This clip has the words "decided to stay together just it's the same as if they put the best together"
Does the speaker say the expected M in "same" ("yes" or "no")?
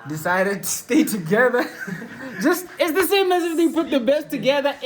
yes